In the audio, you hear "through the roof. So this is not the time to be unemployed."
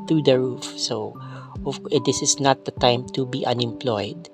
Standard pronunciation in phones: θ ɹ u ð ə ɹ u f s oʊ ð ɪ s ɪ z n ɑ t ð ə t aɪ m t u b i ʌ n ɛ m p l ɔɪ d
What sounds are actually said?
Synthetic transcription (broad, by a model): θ ɹ u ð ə ɹ u f s oʊ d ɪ s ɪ s n ɑ t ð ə t aɪ m t u b i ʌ n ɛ m p l ɔɪ d